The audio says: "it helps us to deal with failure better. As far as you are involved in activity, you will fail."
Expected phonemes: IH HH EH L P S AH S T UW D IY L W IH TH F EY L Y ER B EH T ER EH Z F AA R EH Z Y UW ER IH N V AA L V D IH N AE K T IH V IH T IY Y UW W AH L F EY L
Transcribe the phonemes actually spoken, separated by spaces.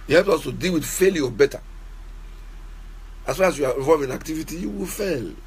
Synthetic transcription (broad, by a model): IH HH EH L P S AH S T UW D IY L W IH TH F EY L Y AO B EH T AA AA S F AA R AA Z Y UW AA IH V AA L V IH N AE K T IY V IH T IY Y UW W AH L F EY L